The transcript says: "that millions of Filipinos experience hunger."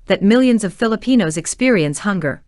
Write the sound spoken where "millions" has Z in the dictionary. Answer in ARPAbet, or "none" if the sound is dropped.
Z